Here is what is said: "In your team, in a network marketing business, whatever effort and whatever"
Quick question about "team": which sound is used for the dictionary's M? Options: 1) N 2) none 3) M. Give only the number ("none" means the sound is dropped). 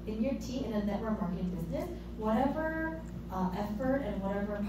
2